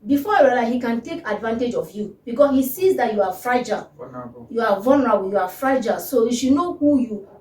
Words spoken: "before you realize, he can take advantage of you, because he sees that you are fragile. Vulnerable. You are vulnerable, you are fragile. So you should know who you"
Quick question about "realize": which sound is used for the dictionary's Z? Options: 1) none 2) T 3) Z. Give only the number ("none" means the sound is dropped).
1